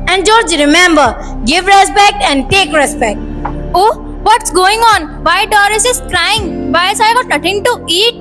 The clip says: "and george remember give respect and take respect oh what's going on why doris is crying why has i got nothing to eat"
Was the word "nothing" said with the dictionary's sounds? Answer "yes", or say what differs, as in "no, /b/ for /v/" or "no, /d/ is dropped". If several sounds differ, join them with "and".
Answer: no, /t/ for /θ/